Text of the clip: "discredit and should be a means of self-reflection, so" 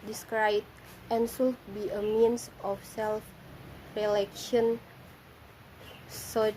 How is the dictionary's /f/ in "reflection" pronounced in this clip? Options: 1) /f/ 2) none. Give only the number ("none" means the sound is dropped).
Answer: 2